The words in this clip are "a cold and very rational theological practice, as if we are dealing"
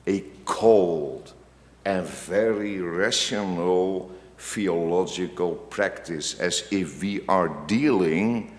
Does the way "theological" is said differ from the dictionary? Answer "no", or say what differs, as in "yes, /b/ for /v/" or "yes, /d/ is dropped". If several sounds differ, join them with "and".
yes, /f/ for /θ/